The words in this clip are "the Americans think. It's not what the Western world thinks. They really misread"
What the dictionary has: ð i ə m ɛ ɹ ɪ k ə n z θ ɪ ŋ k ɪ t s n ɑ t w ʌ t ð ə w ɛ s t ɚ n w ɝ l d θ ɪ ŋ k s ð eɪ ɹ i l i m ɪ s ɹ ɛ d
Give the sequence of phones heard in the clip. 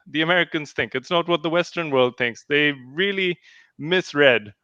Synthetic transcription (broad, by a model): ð i ə m ɛ ɹ ɪ k ə n z θ ɪ ŋ k ɪ t s n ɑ t w ʌ t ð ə w ɛ s t ɚ n w ɝ l d θ ɪ ŋ k s ð eɪ ɹ i l i m ɪ s ɹ ɛ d